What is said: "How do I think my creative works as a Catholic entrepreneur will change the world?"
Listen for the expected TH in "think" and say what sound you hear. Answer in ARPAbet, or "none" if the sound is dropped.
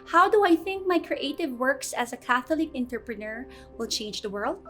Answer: TH